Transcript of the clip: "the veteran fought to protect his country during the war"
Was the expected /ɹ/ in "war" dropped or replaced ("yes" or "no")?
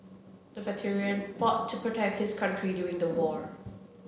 no